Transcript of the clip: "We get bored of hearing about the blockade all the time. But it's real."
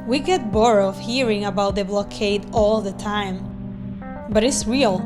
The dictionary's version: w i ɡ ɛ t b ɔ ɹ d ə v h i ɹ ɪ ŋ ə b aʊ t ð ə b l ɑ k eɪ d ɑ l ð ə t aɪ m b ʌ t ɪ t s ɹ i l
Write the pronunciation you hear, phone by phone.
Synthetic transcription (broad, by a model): w i ɡ ɛ t b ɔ ɹ ə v h i ɹ ɪ ŋ ə b aʊ t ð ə b l ɑ k eɪ d ɑ l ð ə t aɪ m b ʌ t ɪ t s ɹ i l